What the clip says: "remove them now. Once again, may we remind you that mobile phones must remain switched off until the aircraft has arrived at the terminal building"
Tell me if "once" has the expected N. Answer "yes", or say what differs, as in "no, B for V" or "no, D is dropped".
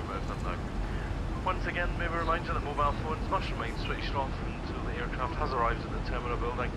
yes